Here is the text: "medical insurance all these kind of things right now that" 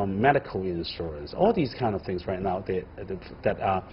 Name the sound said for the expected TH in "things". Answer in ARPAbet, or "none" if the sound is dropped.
TH